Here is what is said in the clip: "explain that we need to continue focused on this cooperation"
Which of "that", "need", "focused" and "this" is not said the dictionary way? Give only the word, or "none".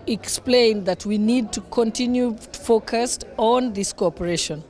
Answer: none